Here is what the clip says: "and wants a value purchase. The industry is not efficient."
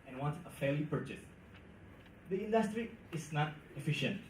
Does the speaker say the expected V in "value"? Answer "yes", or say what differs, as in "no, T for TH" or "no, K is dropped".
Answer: no, F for V